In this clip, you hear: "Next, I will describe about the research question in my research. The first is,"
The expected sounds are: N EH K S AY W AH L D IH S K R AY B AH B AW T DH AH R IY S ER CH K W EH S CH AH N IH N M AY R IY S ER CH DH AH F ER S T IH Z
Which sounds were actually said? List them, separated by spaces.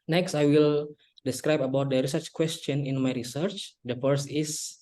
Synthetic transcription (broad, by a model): N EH K S AY W AH L D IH S K R AY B AH B AW T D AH R IY S ER CH K W EH S CH AH N IH N M AY R IY S ER CH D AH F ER S IH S